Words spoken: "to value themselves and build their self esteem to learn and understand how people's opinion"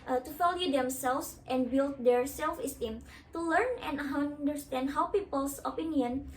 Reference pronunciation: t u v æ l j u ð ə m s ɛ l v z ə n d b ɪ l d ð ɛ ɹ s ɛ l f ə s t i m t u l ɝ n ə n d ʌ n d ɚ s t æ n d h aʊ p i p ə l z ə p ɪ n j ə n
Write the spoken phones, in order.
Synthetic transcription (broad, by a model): t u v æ l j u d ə m s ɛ l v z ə n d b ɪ l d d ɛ ɹ s ɛ l f ə s t i m t u l ɝ n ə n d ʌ n d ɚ s t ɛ n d h aʊ p i p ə l s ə p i n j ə n